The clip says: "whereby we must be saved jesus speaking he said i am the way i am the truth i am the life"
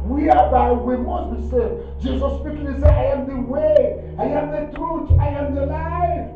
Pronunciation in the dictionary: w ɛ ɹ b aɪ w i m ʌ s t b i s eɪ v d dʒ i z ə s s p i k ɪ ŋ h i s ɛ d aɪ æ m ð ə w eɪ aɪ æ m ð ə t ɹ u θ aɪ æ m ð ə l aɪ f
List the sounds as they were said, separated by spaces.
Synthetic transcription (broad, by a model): w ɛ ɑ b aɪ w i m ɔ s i s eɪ d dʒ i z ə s s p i k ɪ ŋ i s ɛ aɪ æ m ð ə w eɪ aɪ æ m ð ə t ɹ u t aɪ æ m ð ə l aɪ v